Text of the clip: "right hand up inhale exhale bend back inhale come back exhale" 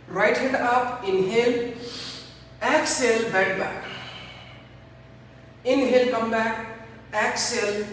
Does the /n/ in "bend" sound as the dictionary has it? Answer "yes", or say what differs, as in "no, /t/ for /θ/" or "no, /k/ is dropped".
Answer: no, /n/ is dropped